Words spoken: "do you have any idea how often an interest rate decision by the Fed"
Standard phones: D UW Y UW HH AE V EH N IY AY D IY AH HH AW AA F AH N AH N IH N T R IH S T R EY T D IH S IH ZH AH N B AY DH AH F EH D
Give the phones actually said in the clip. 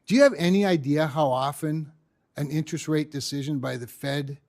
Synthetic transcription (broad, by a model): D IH Y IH V EH N IY AY D IY AH HH AW AA F AH N AH N IH N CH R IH S T R EY T D IH S IH ZH AH N B AY DH AH F EH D